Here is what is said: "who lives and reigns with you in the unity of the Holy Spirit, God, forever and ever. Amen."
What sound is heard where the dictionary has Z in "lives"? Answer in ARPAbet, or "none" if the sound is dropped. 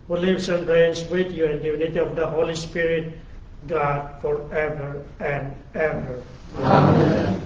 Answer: S